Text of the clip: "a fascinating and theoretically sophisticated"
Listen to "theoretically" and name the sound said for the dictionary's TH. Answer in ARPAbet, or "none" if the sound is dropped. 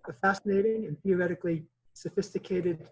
TH